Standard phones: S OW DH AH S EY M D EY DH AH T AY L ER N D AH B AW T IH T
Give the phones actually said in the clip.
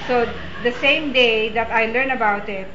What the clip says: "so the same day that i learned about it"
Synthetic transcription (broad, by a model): S OW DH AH S EY M D EY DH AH T AY L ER N AH B AW T IH T